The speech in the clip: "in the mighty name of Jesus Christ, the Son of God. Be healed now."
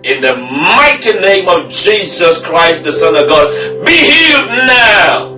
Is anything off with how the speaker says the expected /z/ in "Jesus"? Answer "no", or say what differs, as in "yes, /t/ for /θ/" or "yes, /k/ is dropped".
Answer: no